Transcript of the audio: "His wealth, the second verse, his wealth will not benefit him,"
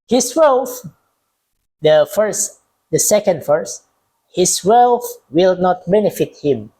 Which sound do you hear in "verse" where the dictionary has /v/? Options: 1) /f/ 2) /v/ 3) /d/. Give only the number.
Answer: 1